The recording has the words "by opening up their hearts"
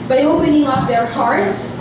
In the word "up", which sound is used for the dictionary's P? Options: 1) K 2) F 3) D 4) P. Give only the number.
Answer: 2